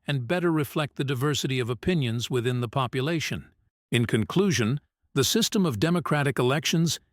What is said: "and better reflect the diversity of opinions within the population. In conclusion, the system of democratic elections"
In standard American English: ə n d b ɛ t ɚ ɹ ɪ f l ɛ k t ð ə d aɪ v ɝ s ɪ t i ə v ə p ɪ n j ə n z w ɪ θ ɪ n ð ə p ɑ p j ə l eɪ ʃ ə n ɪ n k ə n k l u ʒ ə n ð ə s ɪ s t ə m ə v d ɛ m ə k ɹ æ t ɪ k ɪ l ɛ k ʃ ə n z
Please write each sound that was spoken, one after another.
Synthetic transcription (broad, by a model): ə n b ɛ t ɚ ɹ ɪ f l ɛ k t ð ə d aɪ v ɝ s ɪ t i ə v ə p ɪ n j ə n z w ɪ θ ɪ n ð ə p ɑ p j ə l eɪ ʃ ə n ɪ n k ə n k l u ʒ ə n ð ə s ɪ s t ə m ə v d ɛ m ə k ɹ æ t ɪ k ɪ l ɛ k ʃ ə n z